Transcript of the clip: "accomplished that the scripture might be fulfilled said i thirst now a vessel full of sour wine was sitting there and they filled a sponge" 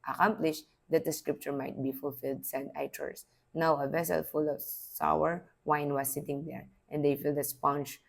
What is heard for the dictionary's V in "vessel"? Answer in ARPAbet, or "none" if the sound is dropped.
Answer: V